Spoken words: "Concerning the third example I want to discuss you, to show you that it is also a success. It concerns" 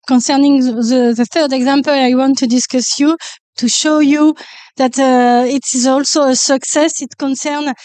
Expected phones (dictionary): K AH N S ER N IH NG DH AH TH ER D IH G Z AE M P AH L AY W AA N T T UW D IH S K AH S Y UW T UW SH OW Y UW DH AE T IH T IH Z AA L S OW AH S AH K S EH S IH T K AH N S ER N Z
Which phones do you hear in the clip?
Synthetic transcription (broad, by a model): K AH N S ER N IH NG DH AH TH ER D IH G Z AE M P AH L AY W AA N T T UW D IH S K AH S Y UW T UW SH OW Y UW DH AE T IH T IH Z AA L S OW AH S AH K S EH S IH T K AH N S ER N